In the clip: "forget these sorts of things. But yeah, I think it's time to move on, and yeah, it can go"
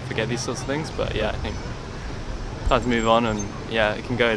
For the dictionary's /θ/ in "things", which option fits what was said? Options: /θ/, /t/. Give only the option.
/θ/